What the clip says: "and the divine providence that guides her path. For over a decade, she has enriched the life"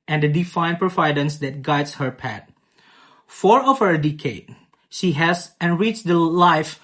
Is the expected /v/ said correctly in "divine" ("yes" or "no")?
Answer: no